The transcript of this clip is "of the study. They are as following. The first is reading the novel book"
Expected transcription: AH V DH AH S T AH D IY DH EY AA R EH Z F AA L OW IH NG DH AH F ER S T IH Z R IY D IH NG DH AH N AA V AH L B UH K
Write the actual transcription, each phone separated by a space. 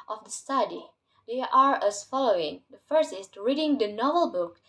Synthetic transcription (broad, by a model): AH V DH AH S T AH D IY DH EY AA R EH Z F AA L OW IH NG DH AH F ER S IH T R IY D IH NG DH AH N AA V AH L B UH K